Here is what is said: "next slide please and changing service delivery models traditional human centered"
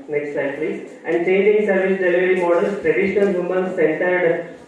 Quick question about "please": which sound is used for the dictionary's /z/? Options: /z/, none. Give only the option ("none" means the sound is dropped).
none